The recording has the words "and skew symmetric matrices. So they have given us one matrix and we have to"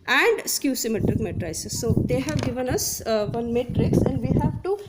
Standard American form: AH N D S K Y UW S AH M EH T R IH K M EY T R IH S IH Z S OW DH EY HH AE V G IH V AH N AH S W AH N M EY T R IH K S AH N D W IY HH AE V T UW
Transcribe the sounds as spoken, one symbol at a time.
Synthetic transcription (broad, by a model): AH N D S K Y UW S AH M EH T R IH K M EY T R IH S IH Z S OW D EY HH AE V G IH V AH N AH S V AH N M EY T R IH K S AH N D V IY HH AE V T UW